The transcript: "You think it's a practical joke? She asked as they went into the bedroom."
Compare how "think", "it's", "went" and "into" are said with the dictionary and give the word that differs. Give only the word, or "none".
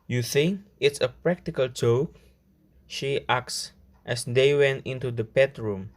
none